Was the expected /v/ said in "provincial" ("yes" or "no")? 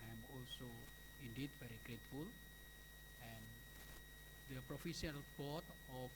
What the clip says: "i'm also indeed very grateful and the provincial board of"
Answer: no